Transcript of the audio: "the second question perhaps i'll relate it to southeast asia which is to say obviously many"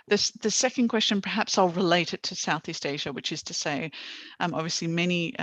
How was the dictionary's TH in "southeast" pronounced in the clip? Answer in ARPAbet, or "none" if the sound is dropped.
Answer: TH